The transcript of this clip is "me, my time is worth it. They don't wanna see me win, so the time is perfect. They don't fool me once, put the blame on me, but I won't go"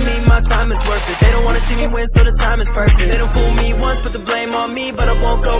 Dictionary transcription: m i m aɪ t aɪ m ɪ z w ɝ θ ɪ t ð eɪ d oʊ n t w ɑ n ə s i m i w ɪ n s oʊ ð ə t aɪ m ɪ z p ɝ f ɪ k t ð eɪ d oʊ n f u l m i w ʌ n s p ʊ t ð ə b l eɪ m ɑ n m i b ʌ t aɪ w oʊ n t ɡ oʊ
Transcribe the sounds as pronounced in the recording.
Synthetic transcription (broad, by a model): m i m aɪ t aɪ m ɪ z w ɝ f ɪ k ð eɪ d oʊ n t w ɑ n ə s i m i w ɪ n s oʊ ð ə t aɪ m ɪ z p ɝ f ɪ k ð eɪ d oʊ n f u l m i w ʌ n s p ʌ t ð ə b l eɪ m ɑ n m i b ʌ t aɪ w oʊ n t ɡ oʊ